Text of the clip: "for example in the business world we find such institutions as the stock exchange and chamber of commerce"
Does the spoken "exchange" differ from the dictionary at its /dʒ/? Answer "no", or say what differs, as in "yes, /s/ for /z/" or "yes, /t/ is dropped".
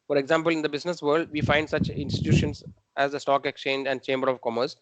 no